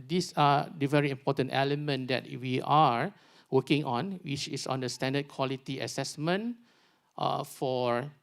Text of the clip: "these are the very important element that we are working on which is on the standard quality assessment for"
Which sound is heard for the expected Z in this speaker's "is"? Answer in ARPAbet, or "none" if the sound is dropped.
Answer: S